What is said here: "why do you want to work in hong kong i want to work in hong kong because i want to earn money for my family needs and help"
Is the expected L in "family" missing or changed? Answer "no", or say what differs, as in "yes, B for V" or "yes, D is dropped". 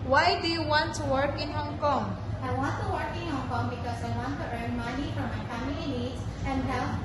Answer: yes, L is dropped